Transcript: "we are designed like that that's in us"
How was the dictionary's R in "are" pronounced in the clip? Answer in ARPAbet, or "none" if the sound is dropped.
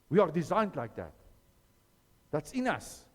R